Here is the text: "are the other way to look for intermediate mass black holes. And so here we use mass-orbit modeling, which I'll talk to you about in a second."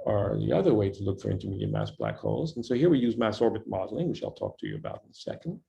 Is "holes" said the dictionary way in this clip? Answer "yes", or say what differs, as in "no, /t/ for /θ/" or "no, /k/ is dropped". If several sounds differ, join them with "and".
yes